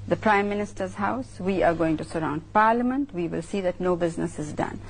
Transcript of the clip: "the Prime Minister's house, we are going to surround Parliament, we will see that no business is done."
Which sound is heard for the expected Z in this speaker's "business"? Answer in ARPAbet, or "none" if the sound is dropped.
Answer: Z